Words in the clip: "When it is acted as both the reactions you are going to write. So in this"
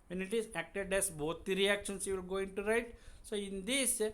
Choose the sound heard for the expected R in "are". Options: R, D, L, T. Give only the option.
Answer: L